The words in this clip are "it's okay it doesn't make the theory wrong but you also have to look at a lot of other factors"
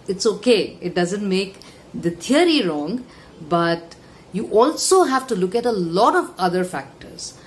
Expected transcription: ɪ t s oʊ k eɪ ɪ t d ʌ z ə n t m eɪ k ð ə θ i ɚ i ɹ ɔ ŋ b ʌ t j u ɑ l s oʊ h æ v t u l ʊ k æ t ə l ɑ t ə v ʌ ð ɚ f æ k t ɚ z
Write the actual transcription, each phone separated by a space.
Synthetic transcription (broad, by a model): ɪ t s oʊ k eɪ ɪ t d ʌ z ə n t m eɪ k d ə t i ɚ i ɹ ɔ ŋ b ʌ t j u ɑ l s oʊ h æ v t u l ʊ k æ t ə l ɑ t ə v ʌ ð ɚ f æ k t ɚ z